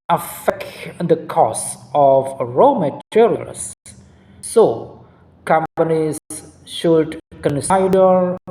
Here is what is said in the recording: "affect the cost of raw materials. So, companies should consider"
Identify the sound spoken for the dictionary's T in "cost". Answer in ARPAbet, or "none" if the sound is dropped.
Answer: none